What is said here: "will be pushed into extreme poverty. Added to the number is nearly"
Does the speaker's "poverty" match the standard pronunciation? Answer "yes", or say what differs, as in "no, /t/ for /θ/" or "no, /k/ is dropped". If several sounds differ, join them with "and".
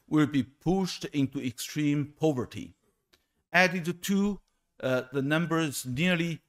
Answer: yes